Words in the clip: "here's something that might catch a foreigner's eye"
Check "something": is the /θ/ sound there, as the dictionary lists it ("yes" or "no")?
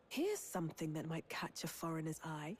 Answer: yes